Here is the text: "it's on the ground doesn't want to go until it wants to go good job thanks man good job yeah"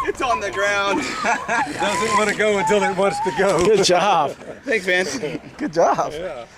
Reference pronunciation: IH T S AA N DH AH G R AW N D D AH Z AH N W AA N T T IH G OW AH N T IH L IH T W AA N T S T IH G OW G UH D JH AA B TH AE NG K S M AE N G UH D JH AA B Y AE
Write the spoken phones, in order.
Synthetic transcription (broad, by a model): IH T S N DH AH G R AW N D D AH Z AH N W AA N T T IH G OW AH N T IH L IH T W AA N T S T IH G OW G UH D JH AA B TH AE K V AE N G UH D JH AA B